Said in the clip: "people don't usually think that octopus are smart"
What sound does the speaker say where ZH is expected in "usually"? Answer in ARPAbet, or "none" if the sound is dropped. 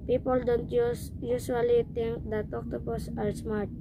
SH